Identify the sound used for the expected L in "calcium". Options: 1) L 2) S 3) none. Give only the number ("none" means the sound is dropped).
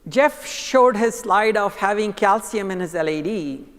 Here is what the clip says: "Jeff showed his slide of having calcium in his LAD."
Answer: 1